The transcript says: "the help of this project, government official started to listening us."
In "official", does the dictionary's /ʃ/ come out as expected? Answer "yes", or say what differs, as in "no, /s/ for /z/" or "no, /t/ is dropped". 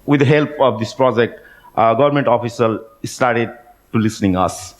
no, /s/ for /ʃ/